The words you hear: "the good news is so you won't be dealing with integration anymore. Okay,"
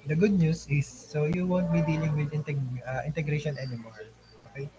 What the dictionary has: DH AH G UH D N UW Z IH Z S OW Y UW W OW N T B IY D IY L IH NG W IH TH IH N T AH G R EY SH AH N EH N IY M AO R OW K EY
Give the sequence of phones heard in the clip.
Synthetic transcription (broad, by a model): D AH G UH D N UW S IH S OW Y UW W OW N T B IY D IY L IH NG W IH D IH N T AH G R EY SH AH N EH N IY M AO R OW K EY